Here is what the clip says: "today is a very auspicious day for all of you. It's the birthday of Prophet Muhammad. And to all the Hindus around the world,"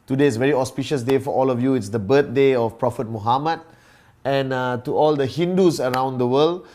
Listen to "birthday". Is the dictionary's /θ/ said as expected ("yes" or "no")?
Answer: no